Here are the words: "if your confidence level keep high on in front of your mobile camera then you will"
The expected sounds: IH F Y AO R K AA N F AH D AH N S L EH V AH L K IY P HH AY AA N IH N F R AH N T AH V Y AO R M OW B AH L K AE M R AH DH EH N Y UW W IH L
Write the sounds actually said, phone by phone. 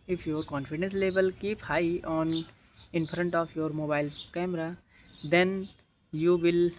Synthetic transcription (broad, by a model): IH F Y AO R K AA N F AH D AH N S L EH B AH L K IY P HH AY AA N IH N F R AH N T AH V Y AO R M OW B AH L K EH M R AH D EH N Y UW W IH L